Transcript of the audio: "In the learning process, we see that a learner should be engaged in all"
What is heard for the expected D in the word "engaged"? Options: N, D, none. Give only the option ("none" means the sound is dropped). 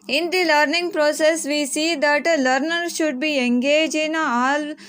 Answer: none